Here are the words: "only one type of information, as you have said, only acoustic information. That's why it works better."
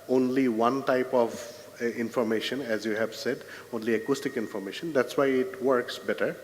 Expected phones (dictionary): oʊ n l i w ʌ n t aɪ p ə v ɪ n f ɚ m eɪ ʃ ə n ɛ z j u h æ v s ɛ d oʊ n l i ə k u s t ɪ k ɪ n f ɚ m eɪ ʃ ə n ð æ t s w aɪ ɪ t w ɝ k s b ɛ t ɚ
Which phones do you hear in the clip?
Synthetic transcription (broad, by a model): oʊ n l i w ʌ n t aɪ p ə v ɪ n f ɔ m eɪ ʃ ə n ɛ z j u h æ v s ɛ d oʊ n l i ə k u s t ɪ k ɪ n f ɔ m eɪ ʃ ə n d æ t s w aɪ ɪ t w ɝ k s b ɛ t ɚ